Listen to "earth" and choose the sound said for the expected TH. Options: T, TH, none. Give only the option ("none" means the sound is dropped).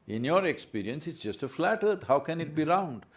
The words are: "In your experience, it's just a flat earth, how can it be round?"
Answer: T